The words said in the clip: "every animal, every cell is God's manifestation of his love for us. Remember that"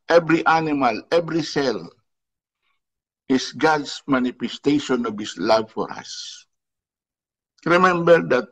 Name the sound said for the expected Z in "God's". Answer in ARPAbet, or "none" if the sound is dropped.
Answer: S